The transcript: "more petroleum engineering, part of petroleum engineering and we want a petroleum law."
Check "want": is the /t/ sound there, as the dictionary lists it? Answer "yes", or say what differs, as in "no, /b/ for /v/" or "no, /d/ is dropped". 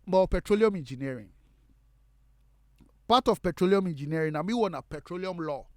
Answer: no, /t/ is dropped